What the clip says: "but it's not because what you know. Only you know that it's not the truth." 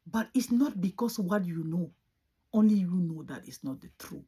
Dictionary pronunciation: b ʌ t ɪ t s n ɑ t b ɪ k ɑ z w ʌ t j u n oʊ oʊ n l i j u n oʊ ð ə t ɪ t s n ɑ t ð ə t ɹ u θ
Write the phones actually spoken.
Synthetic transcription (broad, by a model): b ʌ t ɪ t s n ɑ t b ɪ k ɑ s w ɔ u j u n oʊ oʊ n l i j u n oʊ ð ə t ɪ t s n ɑ t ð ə t ɹ u